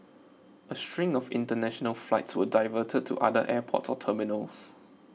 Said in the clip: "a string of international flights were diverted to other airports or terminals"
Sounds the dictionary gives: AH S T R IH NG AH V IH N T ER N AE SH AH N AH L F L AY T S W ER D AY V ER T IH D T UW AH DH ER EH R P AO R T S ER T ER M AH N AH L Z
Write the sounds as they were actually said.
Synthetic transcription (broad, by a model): AH S T R IH NG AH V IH N T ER N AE SH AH N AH L F L AY T S W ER D AY V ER T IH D T UW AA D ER EH P AO T S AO T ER M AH N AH L S